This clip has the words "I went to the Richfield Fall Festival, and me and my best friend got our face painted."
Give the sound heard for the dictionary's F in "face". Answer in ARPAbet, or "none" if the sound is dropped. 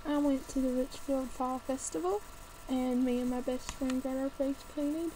P